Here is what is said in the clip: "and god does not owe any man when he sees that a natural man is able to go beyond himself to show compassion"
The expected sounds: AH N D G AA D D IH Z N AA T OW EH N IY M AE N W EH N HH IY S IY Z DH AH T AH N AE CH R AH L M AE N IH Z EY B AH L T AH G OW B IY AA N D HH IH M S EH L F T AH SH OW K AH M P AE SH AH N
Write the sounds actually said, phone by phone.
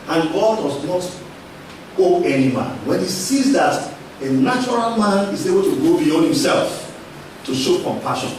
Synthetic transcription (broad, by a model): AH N G AA D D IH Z N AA T OW EH N IY M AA N W EH N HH IY S IY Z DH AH T AH N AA CH R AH L M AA N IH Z EY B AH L T AH G OW B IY AA N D HH IH M S EH L F T AH SH OW K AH M P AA SH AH N